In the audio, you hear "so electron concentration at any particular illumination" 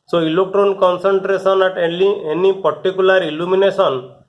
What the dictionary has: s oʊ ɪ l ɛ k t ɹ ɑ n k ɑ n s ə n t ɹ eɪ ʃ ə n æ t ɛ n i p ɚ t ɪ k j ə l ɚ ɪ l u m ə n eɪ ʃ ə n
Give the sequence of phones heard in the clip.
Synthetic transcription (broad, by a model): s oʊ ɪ l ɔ k t ɹ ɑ n k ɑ n s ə n t ɹ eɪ s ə n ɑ t ɛ n i p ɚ t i k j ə l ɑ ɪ l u m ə n eɪ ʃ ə n